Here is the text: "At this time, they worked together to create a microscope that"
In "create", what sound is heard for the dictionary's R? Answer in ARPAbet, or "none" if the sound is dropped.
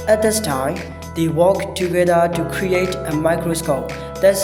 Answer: R